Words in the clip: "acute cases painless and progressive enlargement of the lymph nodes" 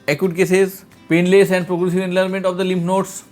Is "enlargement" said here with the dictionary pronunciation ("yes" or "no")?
no